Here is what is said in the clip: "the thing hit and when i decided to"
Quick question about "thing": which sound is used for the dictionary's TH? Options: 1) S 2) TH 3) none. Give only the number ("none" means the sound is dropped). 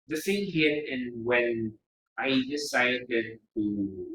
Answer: 1